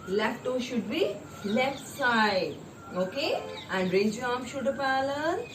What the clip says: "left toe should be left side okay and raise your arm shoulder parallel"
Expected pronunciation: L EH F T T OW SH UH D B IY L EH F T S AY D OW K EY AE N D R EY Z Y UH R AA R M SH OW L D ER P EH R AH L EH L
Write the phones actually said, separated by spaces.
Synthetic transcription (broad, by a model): L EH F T T OW SH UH D B IY L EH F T S AY D OW K EY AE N D R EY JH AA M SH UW D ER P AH L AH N